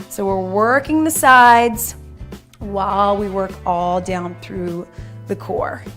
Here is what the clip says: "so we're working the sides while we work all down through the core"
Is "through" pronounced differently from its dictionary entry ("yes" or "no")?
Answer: no